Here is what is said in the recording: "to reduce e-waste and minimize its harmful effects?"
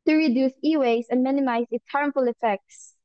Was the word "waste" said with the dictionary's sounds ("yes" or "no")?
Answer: no